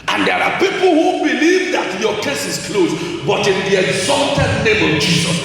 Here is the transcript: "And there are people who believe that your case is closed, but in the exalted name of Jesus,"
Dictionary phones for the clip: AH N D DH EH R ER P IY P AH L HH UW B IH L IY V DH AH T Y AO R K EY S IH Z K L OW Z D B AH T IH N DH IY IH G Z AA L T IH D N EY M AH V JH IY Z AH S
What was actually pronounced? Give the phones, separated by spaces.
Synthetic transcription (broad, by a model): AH N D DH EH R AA P IY P L HH UW B IH L IY V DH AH T Y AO K EY S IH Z K L OW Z B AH T IH N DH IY IH G Z AA L T IH D N EY M AH V JH IY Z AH S